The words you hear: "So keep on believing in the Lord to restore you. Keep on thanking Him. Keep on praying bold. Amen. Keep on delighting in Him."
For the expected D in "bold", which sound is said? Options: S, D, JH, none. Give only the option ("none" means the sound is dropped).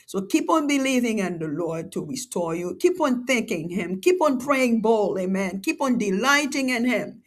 none